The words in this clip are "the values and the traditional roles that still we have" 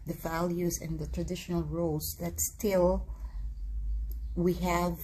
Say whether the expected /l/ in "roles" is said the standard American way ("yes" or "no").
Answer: no